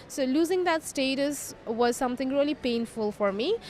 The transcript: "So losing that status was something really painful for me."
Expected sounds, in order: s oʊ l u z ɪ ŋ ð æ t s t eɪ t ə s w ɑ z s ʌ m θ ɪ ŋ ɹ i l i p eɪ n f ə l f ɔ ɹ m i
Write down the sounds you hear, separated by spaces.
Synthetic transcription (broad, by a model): s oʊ l u z ɪ ŋ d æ t s t eɪ t ə s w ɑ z s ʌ m t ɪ ŋ ɹ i l i p eɪ n f ə l f ɔ ɹ m i